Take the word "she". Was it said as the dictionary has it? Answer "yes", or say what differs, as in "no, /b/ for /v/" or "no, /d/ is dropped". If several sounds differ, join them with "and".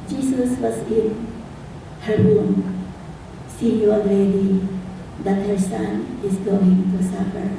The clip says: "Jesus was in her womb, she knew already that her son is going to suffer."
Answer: no, /s/ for /ʃ/